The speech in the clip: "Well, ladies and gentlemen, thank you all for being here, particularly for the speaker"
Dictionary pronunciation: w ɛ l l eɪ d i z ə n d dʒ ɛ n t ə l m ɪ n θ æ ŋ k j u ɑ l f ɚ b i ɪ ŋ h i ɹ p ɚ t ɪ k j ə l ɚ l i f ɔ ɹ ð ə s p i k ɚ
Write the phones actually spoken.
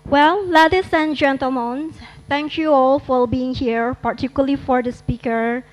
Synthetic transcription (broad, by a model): w ɛ l l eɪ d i s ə n dʒ ɛ n t ə l m ɪ n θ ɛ ŋ k j u ɑ l f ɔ b i ɪ ŋ h i ɹ p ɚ t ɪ k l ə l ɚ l i f ɔ ɹ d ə s p i k ɚ